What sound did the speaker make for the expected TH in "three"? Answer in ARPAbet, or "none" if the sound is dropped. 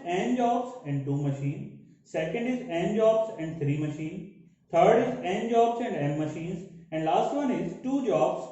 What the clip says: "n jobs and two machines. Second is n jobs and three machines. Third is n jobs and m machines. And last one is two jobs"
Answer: T